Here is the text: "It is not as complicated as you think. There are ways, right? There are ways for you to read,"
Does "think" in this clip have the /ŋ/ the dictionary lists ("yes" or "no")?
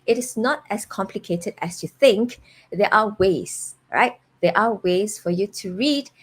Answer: yes